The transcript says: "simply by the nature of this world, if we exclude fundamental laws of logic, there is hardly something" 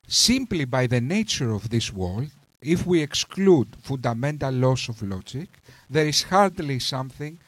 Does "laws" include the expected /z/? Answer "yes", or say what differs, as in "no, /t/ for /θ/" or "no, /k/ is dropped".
no, /s/ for /z/